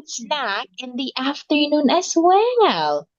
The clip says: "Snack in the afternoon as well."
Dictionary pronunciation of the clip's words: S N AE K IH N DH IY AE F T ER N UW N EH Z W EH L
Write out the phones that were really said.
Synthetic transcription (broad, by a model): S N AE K IH N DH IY AE F T ER N UW N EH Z W EH L